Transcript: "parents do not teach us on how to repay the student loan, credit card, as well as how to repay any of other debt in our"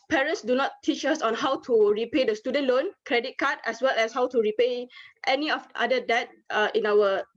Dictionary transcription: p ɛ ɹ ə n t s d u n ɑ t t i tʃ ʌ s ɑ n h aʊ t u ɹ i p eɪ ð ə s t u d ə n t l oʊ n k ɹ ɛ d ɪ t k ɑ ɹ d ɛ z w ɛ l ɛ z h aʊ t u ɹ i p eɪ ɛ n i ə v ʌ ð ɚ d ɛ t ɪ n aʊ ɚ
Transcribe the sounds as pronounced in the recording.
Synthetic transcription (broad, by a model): p ɛ ɹ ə n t s d u n ɑ t t i tʃ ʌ s ɑ n h aʊ t u ɹ i p eɪ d ə s t u d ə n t l oʊ n k ɹ ɛ d ɪ t k ɑ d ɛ s w ɛ l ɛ s h aʊ t u ɹ i p eɪ ɛ n i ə f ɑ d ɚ d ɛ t ɪ n aʊ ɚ